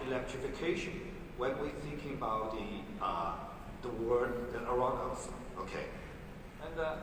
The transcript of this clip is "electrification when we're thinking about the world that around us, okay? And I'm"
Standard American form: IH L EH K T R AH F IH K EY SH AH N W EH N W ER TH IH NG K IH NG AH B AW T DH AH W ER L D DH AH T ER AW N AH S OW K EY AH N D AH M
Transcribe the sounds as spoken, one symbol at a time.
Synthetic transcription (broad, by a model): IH L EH K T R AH F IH K EY SH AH N W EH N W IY TH IH NG K IH NG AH B AW T DH AH W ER D DH AH T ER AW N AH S OW K EY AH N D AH